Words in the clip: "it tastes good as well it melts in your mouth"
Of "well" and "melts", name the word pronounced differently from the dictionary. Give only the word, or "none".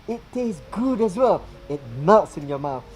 melts